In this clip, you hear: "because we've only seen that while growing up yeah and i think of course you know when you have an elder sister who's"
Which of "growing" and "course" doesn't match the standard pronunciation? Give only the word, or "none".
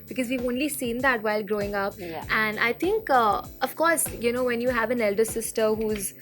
none